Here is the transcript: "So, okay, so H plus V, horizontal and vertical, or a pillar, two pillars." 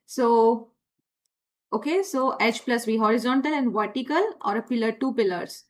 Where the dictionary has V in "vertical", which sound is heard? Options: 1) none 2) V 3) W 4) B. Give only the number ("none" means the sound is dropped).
2